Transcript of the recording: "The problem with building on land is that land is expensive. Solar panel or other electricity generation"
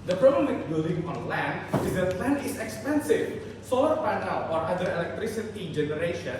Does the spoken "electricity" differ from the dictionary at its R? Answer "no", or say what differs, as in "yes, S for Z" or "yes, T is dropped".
no